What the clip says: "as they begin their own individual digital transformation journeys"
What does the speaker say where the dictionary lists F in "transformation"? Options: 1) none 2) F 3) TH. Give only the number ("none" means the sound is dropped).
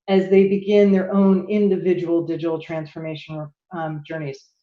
2